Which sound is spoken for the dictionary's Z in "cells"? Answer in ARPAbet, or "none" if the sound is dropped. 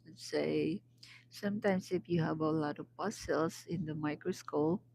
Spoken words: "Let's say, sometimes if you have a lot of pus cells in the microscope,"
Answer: S